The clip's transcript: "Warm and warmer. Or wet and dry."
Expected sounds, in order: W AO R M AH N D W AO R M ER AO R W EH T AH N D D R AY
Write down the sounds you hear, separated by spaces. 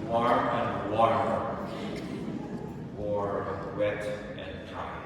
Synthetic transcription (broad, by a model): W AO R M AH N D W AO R ER AO R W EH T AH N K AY